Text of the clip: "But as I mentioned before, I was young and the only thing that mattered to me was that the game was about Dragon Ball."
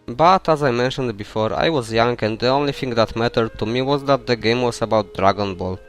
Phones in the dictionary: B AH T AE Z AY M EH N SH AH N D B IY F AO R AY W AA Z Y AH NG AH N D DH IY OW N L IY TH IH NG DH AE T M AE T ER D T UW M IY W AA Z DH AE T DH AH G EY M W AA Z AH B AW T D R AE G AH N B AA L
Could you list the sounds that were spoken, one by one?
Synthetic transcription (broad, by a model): B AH T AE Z AY M EH N SH AH N D B IY F AO R AY W AA Z Y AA NG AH N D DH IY OW N L IY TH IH NG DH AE T M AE T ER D T UW M IY W AA Z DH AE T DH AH G EY M W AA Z AH B AW T D R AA G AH N B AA L